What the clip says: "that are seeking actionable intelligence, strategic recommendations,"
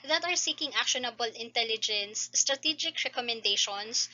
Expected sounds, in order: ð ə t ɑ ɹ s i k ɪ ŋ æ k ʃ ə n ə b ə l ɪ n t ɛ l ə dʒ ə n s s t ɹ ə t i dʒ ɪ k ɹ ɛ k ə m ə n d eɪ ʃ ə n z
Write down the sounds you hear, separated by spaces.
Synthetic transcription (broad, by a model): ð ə t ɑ ɹ s i k ɪ ŋ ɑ k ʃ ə n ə b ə l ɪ n t ɛ l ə dʒ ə n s s t ɹ ə t i dʒ ɪ k ɹ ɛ k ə m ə n d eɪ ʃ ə n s